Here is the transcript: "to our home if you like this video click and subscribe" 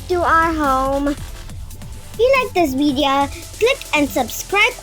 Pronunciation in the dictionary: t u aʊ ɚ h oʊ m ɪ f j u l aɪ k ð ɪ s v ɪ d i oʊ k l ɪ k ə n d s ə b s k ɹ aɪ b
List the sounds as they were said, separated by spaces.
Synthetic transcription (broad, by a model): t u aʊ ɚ h oʊ ɪ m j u l aɪ k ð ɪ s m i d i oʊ k l ɪ k ə n d s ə b s k ɹ aɪ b